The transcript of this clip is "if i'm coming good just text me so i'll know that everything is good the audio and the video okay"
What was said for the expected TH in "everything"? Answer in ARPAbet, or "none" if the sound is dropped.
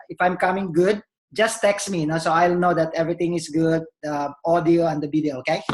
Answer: T